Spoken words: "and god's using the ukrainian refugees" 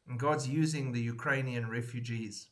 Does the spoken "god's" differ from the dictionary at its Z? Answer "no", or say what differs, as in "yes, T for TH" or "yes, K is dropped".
no